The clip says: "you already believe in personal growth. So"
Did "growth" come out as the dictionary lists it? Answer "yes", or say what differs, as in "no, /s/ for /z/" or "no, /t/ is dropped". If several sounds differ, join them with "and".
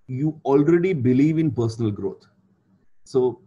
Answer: no, /t/ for /θ/